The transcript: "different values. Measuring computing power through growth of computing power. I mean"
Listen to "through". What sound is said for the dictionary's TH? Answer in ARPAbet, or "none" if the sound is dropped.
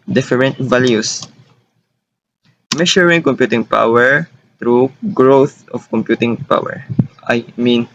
T